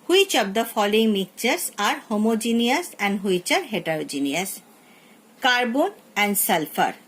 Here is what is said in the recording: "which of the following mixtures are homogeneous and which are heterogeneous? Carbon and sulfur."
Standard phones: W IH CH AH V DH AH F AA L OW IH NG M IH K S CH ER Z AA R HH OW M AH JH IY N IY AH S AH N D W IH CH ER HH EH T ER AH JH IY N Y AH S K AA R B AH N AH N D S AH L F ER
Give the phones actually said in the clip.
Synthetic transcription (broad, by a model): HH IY CH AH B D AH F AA L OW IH NG M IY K CH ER S AA R HH OW M AH JH IY N IY AH S AH N D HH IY CH ER HH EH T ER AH JH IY N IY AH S K AA R B AH N AH N D S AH L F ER